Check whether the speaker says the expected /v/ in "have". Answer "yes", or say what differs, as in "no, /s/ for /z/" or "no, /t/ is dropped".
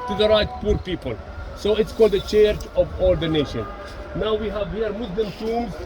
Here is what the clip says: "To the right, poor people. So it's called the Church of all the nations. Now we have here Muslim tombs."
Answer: yes